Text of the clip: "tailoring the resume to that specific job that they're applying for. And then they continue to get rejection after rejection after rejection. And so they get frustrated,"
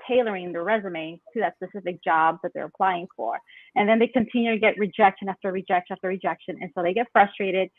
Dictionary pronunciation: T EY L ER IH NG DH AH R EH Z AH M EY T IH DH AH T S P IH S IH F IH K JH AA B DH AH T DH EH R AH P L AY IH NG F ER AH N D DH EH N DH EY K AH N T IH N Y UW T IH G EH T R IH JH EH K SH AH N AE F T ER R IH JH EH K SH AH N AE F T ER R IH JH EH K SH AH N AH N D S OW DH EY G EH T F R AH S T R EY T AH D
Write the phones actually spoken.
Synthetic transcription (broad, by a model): EY L ER IH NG DH AH R EH Z AH M EY T IH DH AH T S P IH S IH F IH K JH AA B DH AH T DH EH R AH P L AY IH NG F ER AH N DH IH N DH EY K AH N T IH N Y UW T IH G EH T R IH JH EH K SH AH N AE F T ER R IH JH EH K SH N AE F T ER R IH JH EH K SH AH N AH N S OW DH EY G EH T F R AH S T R EY T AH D